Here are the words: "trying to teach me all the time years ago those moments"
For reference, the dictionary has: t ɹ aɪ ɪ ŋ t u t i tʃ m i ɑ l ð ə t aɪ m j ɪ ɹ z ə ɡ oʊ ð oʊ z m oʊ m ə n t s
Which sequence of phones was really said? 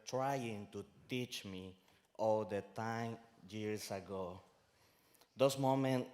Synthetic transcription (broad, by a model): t ɹ aɪ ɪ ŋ t u t i tʃ m i ɑ l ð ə t aɪ m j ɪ ɹ s ə ɡ oʊ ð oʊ s m oʊ m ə n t